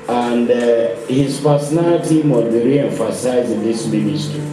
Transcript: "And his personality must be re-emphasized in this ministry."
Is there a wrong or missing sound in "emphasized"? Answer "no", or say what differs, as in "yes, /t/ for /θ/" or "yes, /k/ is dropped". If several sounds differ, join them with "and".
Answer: yes, /d/ is dropped